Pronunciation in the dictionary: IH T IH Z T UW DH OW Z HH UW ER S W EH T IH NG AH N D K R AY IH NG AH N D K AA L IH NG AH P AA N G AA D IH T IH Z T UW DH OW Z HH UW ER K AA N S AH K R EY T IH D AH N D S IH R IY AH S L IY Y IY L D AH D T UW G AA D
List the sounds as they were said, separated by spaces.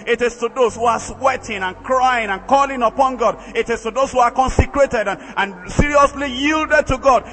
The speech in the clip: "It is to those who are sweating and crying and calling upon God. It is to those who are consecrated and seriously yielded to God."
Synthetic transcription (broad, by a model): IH T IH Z T UW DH OW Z HH UW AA S W EH T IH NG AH N K R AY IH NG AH N K AA L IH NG AH P AA N G AA D IH T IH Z T UW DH OW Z HH UW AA K AA N S AH K R EY T IH D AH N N S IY R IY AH S L IY Y IY L D AH D T UW G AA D